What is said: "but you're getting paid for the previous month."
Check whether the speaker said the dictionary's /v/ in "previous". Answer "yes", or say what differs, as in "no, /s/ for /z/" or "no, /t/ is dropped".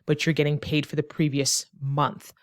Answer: yes